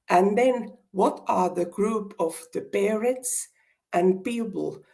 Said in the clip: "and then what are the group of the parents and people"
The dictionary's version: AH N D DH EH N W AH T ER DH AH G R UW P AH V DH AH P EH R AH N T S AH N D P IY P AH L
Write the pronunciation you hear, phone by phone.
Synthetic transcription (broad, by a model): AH N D DH EH N W AH T ER DH AH G R UW P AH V DH AH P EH R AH T S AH N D P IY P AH L